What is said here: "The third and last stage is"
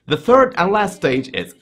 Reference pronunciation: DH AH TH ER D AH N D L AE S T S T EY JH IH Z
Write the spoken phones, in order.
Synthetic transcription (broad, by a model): DH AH TH ER D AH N L AE S T S T EY JH IH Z